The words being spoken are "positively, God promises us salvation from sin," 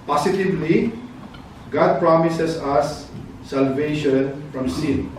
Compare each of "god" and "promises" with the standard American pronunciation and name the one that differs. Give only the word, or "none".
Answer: promises